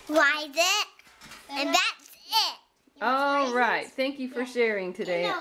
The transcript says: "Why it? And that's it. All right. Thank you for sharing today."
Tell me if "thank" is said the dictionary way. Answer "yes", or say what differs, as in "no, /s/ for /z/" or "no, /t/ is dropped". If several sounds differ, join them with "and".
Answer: yes